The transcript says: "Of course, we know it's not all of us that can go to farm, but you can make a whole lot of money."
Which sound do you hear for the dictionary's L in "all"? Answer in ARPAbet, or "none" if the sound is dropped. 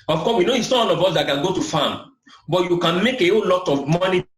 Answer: N